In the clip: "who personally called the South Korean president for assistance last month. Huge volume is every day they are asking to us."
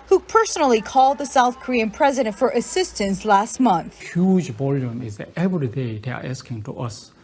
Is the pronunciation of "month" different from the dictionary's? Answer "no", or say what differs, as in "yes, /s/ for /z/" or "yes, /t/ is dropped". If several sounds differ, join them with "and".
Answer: no